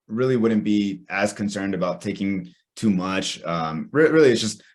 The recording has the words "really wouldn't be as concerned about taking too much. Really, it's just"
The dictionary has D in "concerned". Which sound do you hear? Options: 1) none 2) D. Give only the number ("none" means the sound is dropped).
2